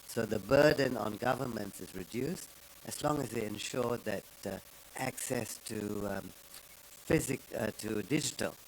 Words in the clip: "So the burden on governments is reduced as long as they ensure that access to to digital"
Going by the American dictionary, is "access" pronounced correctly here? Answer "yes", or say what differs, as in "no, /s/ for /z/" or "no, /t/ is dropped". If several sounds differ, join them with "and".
yes